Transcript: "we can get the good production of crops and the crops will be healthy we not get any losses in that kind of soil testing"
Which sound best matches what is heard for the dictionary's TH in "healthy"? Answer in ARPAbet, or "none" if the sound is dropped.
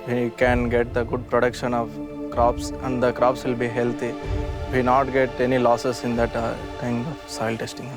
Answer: T